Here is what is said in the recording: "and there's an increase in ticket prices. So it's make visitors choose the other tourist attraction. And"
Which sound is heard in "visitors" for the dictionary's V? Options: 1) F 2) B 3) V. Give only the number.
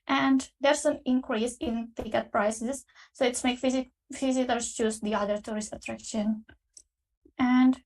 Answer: 1